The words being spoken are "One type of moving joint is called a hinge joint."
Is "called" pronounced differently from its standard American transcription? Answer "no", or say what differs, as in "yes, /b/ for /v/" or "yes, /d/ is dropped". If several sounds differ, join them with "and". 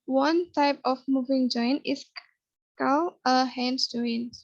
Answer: yes, /d/ is dropped